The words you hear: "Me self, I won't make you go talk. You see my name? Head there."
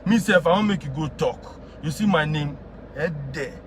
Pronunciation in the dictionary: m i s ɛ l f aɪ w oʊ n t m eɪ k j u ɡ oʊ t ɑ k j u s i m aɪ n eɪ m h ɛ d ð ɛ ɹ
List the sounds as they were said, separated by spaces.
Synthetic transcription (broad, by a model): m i s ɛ f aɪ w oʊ m eɪ k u ɡ oʊ t ɑ k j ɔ s i m aɪ n eɪ m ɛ d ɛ